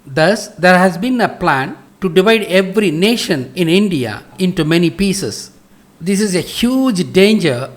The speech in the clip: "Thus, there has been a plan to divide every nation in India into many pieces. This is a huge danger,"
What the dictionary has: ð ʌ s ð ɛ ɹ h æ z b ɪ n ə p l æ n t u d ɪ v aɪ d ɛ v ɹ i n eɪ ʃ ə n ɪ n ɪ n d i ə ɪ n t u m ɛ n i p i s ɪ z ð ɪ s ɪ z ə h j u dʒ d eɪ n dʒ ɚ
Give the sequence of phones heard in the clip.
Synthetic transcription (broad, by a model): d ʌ s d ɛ ɹ h æ z b ɪ n ə p l æ n t u d ɪ v aɪ d ɛ v ɹ i n eɪ ʃ ə n ɪ n ɪ n d i ə ɪ n t u m ɛ n i p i s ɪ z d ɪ s ɪ z ə h j u dʒ d eɪ n dʒ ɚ